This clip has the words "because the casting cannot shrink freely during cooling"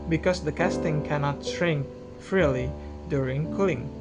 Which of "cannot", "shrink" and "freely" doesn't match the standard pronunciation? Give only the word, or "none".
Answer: shrink